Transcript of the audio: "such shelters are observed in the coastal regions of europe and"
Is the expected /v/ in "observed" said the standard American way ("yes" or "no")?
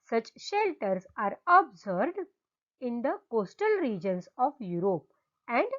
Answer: no